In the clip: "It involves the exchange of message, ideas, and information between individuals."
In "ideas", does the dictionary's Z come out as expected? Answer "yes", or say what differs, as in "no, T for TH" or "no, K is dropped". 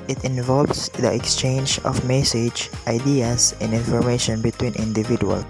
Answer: no, S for Z